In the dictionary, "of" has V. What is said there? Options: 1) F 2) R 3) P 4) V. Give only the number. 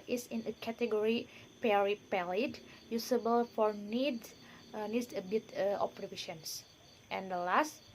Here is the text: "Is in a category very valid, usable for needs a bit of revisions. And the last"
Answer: 3